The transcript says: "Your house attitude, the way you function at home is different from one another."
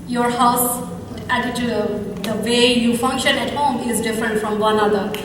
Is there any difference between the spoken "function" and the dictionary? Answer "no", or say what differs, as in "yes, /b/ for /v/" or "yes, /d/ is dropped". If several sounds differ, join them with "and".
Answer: no